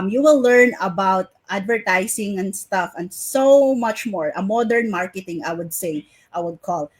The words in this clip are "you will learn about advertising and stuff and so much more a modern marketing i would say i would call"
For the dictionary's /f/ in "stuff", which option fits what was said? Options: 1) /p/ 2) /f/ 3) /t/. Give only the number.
2